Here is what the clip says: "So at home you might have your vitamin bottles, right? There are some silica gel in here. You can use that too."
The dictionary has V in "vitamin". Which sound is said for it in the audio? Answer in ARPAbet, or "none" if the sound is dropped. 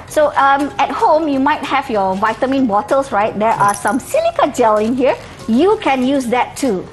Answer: V